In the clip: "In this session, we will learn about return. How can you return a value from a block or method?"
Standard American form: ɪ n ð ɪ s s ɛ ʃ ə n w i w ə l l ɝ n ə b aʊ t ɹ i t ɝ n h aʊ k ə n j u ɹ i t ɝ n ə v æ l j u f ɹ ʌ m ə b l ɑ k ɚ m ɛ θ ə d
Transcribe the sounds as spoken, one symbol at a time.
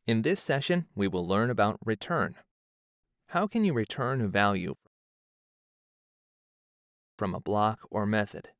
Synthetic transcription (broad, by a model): ɪ n ð ɪ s s ɛ ʃ ə n w i w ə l l ɝ n ə b aʊ t ɹ i t ɝ n h aʊ k ə n j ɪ ɹ i t ɝ n ə v æ l j u f ɹ ʌ m ə b l ɑ k ɚ m ɛ θ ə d